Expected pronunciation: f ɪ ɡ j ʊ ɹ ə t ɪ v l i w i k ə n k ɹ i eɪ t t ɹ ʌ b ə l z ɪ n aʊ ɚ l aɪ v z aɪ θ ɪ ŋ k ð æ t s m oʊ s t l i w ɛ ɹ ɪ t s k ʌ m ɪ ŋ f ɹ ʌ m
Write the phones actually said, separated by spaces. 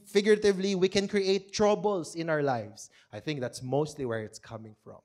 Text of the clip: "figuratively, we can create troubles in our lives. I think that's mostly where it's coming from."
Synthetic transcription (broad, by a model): f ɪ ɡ j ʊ ɹ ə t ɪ v l i w i k ə n k ɹ i eɪ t t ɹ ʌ b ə l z ɪ n aʊ ɚ l aɪ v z aɪ θ ɪ ŋ k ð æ t s m oʊ s t l i w ɛ ɹ ɪ t s k ʌ m ɪ ŋ f ɹ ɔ m